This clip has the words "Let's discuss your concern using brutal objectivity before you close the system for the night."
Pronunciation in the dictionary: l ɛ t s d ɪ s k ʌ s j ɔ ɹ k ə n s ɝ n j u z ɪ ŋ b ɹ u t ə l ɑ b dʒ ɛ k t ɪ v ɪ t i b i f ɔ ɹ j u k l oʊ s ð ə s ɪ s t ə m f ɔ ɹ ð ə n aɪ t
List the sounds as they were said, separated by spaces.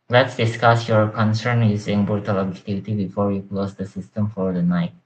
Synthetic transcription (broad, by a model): l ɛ t s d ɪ s k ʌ s j ɔ ɹ k ə n s ɝ n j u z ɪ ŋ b ɔ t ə l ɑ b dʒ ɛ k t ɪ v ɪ t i b i f ɔ ɹ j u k l oʊ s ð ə s ɪ s t ə m f ɔ ɹ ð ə n aɪ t